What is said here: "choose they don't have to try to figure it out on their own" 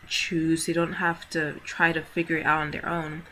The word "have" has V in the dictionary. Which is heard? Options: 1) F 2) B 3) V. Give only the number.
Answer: 1